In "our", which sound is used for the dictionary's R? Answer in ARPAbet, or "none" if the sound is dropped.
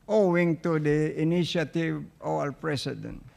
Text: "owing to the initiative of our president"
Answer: L